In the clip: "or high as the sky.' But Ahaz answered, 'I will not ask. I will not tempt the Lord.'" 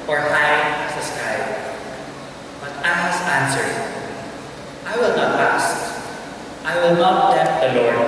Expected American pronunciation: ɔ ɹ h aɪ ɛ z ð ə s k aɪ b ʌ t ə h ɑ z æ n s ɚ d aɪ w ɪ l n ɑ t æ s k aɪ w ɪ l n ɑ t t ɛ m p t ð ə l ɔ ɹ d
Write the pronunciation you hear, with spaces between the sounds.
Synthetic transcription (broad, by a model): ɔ ɹ h aɪ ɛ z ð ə s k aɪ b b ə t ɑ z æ n s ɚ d aɪ w ɪ l n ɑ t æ s aɪ w ɪ l n ɑ t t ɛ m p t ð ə l ɔ ɹ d